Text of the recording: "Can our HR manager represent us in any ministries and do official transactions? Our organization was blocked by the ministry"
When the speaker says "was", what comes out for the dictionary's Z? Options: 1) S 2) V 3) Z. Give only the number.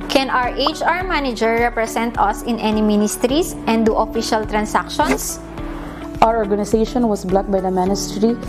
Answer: 1